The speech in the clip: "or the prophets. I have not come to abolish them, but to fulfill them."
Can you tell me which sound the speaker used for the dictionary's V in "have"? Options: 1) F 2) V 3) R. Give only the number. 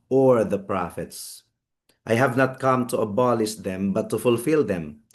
2